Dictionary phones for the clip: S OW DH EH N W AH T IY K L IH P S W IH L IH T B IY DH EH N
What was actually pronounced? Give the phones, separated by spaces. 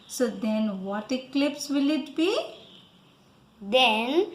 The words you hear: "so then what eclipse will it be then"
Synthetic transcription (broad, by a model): S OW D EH N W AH T IY K L IH P S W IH L IH T B IY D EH N